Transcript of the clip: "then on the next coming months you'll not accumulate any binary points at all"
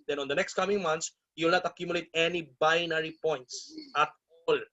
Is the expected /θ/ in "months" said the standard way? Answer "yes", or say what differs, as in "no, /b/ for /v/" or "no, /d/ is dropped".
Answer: no, /t/ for /θ/